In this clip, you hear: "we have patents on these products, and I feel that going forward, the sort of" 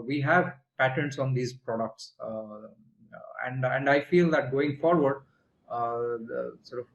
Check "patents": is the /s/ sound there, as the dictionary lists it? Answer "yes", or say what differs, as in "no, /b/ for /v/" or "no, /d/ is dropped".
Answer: yes